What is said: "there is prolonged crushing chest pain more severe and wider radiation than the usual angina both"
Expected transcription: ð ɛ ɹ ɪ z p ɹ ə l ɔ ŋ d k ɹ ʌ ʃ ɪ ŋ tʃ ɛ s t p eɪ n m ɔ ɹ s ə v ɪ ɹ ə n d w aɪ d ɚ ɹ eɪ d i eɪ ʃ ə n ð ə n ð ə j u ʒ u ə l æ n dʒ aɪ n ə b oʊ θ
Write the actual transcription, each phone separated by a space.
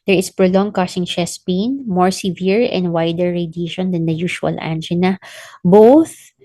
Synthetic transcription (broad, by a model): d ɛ ɹ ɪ s p ɹ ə l ɔ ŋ k ʌ s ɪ ŋ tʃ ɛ s p eɪ n m ɔ ɹ s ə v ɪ ɹ ə n d w aɪ d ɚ ɹ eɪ d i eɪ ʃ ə n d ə n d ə j u ʃ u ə l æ n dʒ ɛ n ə b oʊ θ